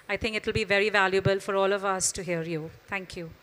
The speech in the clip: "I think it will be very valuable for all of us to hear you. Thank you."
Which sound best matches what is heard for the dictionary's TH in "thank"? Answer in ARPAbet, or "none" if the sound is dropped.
T